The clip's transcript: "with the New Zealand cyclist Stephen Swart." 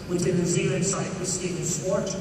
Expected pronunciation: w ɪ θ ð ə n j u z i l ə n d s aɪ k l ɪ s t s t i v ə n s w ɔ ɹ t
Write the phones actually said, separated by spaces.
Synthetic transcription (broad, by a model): w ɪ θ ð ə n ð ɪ z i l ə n s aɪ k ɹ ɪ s s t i ə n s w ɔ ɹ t